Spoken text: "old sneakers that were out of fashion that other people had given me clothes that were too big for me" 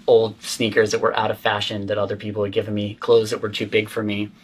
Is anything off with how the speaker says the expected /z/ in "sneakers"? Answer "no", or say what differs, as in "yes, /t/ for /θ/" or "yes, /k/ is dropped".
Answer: no